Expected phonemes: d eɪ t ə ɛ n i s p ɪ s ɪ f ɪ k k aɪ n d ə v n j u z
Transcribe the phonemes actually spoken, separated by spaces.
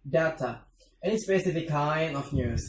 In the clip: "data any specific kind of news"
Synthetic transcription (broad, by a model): d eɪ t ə ɛ n i s p ɪ s ɪ f ɪ k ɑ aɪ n ə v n j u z